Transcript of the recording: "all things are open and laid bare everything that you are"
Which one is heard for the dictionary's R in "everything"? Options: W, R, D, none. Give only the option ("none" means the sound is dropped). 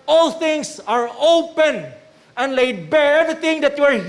none